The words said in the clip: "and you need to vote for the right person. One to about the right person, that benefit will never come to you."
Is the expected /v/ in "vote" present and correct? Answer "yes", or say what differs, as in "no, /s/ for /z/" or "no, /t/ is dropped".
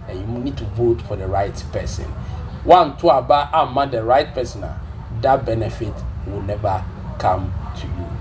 yes